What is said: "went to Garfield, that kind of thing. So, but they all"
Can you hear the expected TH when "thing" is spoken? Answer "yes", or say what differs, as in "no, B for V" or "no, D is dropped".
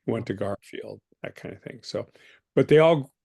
yes